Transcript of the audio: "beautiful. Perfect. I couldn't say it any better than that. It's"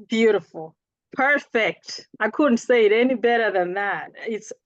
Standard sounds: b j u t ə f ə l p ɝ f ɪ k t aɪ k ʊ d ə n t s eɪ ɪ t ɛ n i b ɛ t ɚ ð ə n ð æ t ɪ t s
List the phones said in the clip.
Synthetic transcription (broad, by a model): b j u t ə f l p ɝ f ɪ k t aɪ k ʊ d n t s eɪ ɪ t ɛ n i b ɛ t ɚ ð ə n ð æ t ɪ t s